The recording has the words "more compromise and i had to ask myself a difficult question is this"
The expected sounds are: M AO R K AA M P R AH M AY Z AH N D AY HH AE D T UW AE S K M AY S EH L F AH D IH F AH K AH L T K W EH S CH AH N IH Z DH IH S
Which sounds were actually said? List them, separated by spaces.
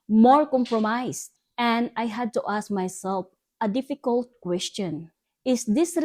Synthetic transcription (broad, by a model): M AO R K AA M P R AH M AY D AH N D AY HH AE D T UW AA S K M AY S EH L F AH D IH F AH K AH L T K W EH S CH AH N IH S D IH S